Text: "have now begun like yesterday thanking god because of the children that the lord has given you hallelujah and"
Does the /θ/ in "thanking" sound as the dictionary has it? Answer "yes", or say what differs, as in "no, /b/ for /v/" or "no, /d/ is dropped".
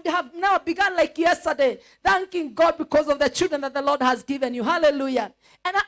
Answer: yes